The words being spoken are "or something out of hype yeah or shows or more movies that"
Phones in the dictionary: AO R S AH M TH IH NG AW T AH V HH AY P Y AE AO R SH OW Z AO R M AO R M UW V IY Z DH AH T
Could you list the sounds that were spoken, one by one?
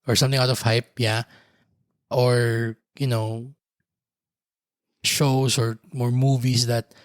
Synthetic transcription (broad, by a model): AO R S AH M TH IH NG AW T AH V HH AY P Y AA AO R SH OW S AO R M AO R M UW V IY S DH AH T